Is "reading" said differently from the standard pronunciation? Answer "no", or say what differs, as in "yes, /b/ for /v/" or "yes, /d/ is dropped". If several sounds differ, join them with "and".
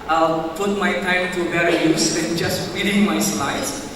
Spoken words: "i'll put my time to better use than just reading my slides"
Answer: yes, /w/ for /ɹ/